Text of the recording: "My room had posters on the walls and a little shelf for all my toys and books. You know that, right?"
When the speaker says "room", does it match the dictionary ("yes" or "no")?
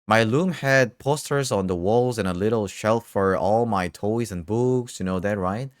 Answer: no